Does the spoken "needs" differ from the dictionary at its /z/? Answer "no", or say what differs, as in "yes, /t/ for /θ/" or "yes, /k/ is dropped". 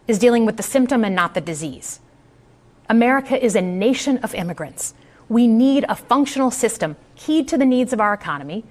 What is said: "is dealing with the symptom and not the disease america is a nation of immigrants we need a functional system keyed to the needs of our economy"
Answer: no